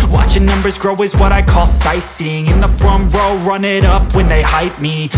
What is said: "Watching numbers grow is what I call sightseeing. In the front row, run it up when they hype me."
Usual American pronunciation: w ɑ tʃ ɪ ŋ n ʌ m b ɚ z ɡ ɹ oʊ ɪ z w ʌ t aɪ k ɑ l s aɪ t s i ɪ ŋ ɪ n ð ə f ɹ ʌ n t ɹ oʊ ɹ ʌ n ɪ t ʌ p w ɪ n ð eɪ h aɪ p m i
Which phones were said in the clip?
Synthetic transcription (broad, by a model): w ɑ tʃ ɪ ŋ n ʌ m b ɚ z ɡ ɹ oʊ ɪ z w ʌ t aɪ k ɑ l s aɪ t s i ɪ ŋ ɪ n ð ə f ɹ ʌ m ɹ oʊ ɹ ʌ n ɪ t ʌ p w ɪ n ð eɪ h aɪ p m i